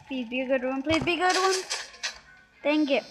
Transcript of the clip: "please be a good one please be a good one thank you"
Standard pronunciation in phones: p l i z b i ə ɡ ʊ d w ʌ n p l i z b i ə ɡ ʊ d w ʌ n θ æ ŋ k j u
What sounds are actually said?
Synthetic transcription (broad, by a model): p l i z b i ə ɡ ʊ d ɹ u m p l i z b i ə ɡ ʊ d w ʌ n t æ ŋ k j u